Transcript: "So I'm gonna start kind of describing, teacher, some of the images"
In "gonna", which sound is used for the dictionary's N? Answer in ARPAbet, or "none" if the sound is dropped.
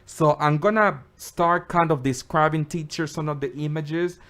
N